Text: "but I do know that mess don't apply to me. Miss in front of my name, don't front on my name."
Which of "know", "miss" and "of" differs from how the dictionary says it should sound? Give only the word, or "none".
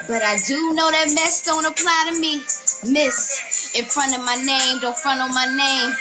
none